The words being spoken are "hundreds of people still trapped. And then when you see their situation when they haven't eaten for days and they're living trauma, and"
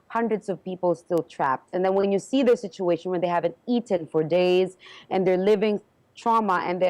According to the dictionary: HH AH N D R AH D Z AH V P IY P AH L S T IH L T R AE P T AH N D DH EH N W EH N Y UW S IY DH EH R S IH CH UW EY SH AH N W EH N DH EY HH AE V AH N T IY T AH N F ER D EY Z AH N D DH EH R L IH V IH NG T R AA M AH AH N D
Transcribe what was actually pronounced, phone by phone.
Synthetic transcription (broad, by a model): HH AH N D R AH D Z AH V P IY P L S T IH L T R AE P T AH N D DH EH N W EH N Y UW S IY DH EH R S IH CH UW EY SH AH N W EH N DH EY HH AE V AH N T IY T AH N F ER D EY Z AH N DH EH R L IH V IH NG T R AA M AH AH N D